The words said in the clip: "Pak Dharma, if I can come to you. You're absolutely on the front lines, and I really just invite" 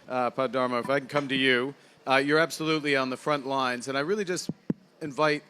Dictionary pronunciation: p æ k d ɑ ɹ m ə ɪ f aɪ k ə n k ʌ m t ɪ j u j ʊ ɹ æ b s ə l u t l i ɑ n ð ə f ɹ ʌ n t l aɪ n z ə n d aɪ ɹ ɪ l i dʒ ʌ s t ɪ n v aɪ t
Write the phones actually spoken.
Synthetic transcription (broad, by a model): p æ d ɑ ɹ m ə ɪ f aɪ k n k ʌ m t ɪ j u j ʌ ɹ æ b s ə l u t l i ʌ n ð ə f ɹ ʌ n t l aɪ n z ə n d aɪ ɹ ɪ l i dʒ ʌ s t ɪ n v aɪ t